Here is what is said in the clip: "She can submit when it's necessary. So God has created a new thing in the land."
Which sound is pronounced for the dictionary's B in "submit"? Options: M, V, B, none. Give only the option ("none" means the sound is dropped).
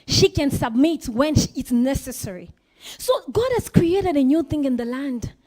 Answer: B